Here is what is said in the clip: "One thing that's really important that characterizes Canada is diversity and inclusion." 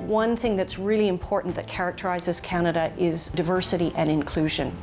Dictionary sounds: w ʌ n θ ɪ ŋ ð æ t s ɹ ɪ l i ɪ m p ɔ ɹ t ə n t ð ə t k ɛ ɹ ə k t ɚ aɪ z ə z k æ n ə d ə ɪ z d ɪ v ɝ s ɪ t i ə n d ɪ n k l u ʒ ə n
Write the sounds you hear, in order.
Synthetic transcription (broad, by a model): w ʌ n θ ɪ ŋ ð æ t s ɹ ɪ l i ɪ m p ɔ ɹ t n ð ə t k ɛ ɹ ə k t ɚ aɪ z ə z k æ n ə d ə ɪ z d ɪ v ɝ s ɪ t i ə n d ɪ n k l u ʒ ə n